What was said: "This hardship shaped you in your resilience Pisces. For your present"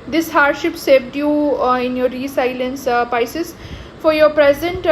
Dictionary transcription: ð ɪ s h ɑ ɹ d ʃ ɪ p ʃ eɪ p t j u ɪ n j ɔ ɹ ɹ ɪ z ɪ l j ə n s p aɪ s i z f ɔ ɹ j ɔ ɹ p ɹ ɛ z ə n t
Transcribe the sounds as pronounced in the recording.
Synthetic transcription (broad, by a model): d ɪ s h ɑ ɹ d ʃ ɪ p s eɪ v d j u ɪ n j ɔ ɹ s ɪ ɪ l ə n s p aɪ s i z f ɔ ɹ j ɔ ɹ p ɹ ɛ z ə n t